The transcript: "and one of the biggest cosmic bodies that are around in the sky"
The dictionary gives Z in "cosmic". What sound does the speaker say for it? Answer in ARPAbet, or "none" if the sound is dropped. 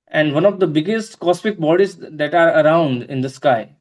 S